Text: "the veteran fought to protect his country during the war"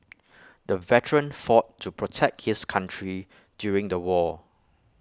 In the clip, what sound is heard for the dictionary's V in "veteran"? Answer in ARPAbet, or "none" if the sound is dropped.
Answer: V